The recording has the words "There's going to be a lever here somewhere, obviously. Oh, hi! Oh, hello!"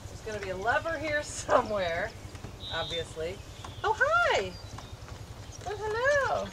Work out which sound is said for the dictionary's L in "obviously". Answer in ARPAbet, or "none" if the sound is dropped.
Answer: L